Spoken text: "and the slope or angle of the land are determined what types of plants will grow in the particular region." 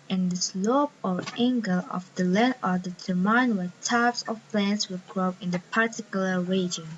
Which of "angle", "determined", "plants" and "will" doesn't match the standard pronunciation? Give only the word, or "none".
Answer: determined